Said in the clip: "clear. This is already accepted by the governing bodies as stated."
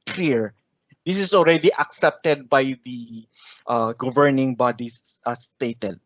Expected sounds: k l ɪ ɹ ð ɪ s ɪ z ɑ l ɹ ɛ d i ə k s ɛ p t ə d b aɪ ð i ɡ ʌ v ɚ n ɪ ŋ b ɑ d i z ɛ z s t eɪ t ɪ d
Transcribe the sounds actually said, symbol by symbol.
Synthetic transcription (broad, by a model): k l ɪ ɹ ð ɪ s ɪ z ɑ l ɹ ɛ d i ə k s ɛ p t ə d b aɪ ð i ɡ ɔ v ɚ n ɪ ŋ b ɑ d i s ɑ s t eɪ t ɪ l